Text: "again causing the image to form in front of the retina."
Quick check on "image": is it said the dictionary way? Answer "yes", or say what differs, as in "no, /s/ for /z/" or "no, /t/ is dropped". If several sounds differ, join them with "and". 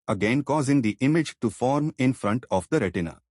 yes